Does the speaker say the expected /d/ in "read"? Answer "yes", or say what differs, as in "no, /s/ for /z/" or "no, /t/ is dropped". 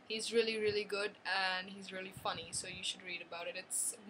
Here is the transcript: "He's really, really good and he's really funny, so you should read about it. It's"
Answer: yes